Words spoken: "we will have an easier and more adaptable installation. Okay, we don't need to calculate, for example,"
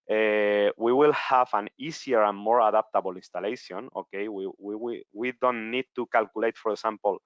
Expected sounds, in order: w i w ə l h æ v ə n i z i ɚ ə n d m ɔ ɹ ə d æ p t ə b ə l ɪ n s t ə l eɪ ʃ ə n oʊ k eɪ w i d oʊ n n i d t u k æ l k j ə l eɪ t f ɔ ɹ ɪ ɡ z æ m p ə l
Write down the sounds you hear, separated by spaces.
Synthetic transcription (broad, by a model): w i w ə l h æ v ə n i s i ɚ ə n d m ɔ ɹ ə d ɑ p t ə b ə l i n s t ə l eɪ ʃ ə n oʊ k eɪ w i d oʊ n n i d t u k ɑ l k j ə l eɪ t f ɔ ɹ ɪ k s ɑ m p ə l